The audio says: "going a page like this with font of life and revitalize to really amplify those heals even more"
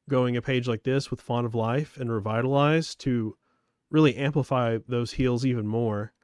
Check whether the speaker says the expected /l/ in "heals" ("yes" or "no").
yes